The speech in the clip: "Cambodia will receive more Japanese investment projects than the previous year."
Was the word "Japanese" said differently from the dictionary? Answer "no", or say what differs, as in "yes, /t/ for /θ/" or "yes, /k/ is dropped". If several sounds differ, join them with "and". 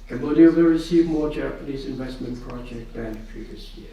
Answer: no